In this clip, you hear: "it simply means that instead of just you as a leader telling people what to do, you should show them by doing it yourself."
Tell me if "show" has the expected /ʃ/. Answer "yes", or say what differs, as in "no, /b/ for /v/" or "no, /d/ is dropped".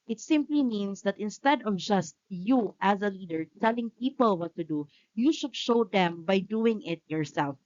yes